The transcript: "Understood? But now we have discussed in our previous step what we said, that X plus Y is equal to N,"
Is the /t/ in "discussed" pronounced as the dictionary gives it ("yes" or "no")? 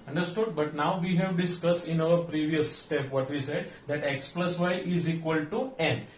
yes